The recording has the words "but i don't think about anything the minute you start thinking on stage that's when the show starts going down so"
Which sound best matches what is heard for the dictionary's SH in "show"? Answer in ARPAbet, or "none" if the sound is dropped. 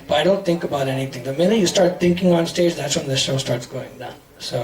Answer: SH